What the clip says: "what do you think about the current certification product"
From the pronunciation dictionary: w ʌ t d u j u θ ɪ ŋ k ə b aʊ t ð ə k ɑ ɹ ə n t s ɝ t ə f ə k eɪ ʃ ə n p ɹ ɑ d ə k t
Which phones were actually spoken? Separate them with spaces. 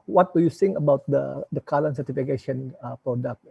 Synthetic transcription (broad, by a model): w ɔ t d u j u s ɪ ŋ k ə b aʊ t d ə k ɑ l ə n s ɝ t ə f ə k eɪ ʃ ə n p ɹ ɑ d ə k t